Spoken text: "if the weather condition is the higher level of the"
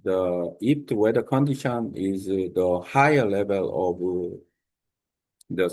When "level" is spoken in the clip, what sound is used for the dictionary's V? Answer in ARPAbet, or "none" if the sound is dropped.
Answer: V